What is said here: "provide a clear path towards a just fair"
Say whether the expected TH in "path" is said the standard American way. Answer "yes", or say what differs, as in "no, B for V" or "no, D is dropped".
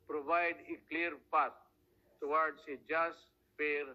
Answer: no, T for TH